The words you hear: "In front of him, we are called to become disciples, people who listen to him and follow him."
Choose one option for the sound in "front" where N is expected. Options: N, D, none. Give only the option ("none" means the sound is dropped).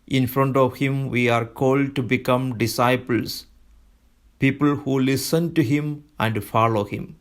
N